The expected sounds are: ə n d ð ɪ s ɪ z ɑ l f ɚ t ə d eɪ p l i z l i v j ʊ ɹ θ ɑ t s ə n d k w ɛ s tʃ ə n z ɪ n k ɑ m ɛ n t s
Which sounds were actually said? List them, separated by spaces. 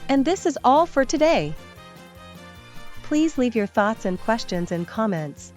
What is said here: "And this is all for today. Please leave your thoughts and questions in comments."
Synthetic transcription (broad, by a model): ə n ð ɪ s ɪ z ɑ l f ɚ t ə d eɪ p l i z l i v j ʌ ɹ θ ɑ t s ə n k w ɛ s tʃ ə n z ɪ n k ɑ m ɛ n t s